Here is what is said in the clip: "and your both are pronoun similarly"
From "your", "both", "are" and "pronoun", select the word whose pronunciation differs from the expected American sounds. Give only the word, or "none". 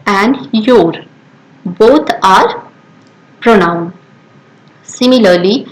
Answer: both